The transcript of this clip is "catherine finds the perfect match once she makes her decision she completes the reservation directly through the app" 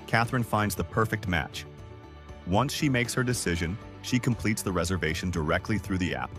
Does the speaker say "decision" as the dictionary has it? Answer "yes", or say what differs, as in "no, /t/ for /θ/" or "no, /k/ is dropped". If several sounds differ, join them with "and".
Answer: yes